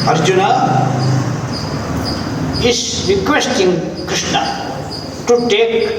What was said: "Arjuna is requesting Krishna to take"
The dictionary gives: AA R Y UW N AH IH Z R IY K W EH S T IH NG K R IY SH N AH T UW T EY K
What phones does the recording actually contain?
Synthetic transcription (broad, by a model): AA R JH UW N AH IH S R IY K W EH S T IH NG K IY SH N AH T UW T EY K